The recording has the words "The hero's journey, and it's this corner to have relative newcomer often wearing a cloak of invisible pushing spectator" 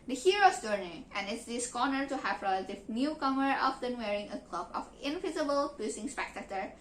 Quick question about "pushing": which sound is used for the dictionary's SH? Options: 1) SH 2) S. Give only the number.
2